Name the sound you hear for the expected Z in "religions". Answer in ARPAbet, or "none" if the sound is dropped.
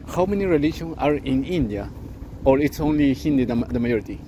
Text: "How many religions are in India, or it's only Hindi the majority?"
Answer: none